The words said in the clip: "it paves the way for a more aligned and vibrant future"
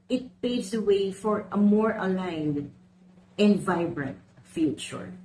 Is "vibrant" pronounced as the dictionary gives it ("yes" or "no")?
yes